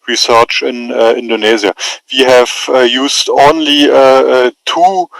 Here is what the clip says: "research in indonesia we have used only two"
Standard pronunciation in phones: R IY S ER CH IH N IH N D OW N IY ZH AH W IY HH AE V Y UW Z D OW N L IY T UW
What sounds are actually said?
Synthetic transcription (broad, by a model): R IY S ER CH IH N IH N D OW N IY Z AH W IY HH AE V Y UW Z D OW N L IY T UW